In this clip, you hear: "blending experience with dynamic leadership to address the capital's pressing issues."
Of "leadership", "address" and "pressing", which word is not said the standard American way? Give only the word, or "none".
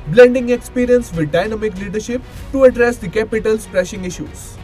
pressing